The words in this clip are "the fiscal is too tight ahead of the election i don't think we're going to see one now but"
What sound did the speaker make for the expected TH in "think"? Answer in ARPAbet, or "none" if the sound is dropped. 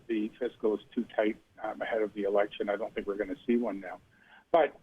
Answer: TH